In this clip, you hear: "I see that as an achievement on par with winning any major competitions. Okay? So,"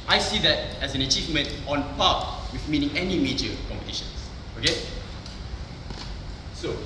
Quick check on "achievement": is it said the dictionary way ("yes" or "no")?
yes